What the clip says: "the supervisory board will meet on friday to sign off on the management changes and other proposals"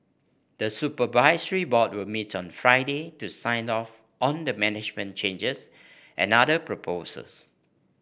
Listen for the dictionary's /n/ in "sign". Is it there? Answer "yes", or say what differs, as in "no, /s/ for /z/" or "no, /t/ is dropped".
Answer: yes